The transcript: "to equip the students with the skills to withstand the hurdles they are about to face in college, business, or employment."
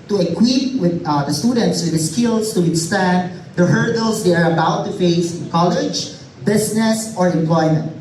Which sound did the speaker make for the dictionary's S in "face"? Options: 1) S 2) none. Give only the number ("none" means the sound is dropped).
2